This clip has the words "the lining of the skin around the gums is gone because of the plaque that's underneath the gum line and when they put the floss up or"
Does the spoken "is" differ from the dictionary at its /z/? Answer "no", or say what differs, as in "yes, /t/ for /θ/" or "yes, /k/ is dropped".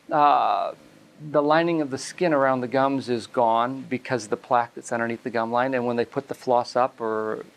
no